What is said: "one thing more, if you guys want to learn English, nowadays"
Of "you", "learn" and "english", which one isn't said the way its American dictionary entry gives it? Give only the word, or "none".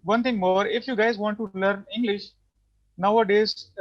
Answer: none